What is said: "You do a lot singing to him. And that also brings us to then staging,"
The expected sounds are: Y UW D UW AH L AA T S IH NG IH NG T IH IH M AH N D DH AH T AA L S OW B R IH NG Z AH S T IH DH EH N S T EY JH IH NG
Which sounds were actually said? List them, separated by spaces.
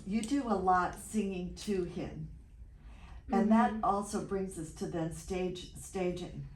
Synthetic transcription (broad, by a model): Y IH D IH AH L AA T S IH NG IH NG T IH IH M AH N DH AH T AA L S OW B R IH NG Z AH S T IH DH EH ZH S T EY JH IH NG